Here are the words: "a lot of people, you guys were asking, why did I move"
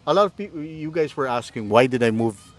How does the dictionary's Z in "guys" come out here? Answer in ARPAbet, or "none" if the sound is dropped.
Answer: Z